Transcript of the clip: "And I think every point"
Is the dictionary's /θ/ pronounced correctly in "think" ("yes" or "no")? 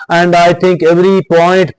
no